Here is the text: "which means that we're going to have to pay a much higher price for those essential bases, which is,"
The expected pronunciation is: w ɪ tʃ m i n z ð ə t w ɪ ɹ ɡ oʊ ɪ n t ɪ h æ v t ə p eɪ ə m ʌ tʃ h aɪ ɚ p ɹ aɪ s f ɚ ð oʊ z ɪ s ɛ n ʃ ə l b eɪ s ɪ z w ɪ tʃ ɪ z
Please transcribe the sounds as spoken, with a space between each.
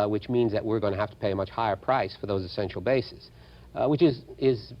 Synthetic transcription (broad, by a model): w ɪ tʃ m i n z ð ə t w ɪ ɹ ɡ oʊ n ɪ h æ f t ə p eɪ ə m ʌ tʃ h aɪ ɚ p ɹ aɪ s f ɚ ð oʊ z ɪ s ɛ n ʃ l b eɪ s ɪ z w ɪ tʃ ɪ z